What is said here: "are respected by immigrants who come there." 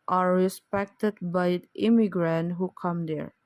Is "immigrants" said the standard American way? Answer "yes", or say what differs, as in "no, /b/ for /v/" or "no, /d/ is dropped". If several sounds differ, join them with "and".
no, /s/ is dropped